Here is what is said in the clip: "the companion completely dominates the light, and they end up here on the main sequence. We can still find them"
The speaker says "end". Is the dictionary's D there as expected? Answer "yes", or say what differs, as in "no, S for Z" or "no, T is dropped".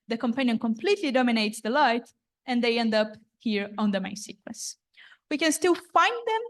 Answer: yes